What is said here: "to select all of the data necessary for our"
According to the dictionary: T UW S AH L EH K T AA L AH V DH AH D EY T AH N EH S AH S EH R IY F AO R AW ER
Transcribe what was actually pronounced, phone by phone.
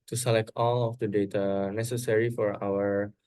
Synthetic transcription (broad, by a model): T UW S AH L EH K T AA L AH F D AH D EY T AH N EH S AH S EH R IY F AO R AW ER